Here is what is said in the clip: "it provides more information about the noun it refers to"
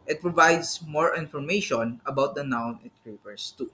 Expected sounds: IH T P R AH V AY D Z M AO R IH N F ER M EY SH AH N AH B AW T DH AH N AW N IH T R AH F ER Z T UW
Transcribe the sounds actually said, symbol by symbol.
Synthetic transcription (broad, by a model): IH T P R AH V AY D S M AO R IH N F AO M EY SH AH N AH B AW T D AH N AW N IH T R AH P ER S T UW